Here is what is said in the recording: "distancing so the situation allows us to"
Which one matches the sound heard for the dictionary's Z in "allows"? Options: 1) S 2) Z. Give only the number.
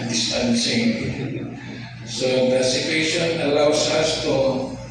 1